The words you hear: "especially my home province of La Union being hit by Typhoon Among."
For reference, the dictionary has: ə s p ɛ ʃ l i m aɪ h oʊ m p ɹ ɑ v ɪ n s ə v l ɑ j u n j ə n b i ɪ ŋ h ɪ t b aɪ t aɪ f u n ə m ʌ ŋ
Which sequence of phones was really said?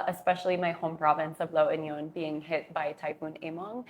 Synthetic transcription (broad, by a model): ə s p ɛ ʃ l i m aɪ h oʊ m p ɹ ɑ v ɪ n s ə v l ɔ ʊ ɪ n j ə n b i ɪ ŋ h ɪ t b aɪ t aɪ p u n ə m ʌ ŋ